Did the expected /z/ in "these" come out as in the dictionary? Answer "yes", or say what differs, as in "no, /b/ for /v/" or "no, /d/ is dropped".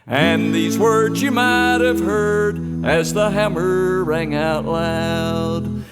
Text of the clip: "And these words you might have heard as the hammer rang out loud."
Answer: yes